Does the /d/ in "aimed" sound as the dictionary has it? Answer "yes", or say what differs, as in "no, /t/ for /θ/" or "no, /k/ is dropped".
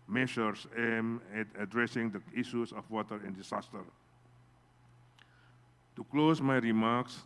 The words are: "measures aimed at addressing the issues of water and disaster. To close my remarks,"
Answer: no, /d/ is dropped